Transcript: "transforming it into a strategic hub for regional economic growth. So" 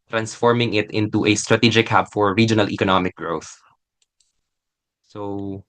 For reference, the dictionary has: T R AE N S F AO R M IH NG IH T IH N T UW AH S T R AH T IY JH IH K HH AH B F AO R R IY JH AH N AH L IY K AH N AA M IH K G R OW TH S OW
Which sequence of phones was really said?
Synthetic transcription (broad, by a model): T R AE N S F AO R M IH NG IH T IH N T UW AH S T R AH T IY JH IH K HH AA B F AO R R IY JH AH N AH L IY K AH N AA M IH K G R OW TH S OW